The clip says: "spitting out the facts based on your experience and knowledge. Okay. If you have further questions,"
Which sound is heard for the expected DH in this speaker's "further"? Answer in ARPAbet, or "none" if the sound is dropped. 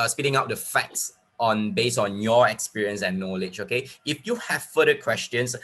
none